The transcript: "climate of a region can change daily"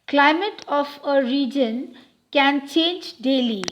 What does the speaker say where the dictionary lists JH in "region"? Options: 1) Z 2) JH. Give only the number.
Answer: 2